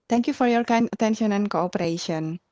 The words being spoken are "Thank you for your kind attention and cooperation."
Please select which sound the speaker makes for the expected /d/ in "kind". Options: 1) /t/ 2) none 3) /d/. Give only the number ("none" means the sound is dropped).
2